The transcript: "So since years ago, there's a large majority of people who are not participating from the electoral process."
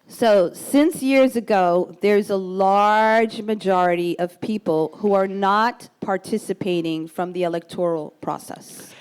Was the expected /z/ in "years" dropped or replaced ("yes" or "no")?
no